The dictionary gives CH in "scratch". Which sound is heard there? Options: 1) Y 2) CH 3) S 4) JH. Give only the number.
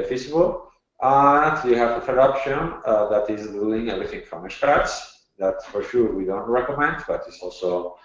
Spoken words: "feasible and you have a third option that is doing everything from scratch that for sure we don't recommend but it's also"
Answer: 3